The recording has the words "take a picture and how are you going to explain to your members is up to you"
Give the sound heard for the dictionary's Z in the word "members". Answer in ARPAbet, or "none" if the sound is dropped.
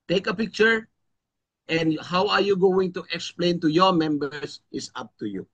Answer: S